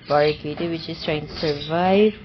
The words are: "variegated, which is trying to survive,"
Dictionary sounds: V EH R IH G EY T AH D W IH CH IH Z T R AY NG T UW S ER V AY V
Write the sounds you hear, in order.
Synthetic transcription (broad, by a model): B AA R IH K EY T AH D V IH CH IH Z T R AY NG T UW S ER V AY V